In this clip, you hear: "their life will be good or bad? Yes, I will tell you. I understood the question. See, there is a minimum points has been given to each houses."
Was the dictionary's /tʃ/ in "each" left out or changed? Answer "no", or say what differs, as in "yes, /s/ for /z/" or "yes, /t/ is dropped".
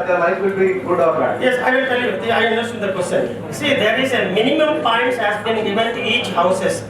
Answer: no